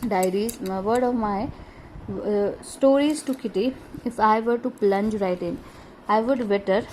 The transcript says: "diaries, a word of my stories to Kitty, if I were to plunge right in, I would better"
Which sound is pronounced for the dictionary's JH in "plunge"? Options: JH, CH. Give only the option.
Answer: JH